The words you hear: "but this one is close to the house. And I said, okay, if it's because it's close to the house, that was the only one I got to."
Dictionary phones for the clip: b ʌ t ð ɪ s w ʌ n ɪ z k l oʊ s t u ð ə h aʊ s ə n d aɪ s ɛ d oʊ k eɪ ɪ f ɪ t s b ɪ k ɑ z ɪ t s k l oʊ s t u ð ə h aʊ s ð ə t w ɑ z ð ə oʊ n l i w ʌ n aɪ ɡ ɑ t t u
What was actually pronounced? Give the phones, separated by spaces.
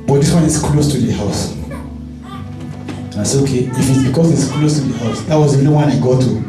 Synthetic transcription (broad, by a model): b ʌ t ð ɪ s w ʌ n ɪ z k l oʊ s t u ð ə h aʊ s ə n aɪ s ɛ oʊ k eɪ ɪ f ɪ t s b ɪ k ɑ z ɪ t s k l oʊ s t u ð ə h aʊ s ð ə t w ɑ z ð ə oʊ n i w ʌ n aɪ ɡ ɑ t t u